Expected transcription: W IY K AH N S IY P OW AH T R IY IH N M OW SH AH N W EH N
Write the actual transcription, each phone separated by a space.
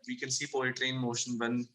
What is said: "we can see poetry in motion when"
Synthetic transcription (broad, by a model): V IY K AH N S IY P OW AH T R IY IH N M OW SH AH N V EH N